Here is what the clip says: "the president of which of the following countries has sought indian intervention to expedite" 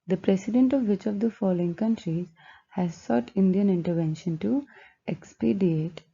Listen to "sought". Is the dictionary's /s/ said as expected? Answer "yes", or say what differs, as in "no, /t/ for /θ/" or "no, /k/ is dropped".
yes